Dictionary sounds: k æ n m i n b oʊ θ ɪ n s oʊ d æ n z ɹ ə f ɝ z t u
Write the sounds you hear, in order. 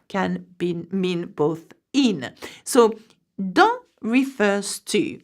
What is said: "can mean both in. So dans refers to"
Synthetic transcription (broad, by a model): k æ n m i n b oʊ θ ɪ n s oʊ d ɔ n ɹ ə f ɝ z t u